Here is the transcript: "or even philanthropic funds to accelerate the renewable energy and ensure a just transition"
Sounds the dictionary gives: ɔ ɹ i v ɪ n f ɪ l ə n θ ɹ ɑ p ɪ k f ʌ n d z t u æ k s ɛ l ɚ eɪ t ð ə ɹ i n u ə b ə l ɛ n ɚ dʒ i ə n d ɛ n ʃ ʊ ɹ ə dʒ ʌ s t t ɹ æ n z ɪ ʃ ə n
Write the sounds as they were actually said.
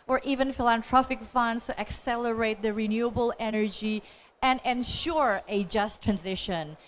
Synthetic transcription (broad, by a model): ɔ ɹ i v ɪ n f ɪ l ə n t ɹ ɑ f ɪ k f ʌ n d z t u æ k s ɛ l ɚ eɪ t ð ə ɹ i n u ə b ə l ɛ n ɚ dʒ i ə n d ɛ n ʃ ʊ ɹ ə dʒ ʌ s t t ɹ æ n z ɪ ʃ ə n